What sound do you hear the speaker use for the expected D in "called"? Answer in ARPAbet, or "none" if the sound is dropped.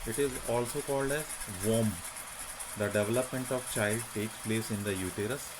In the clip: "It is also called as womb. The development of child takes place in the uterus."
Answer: D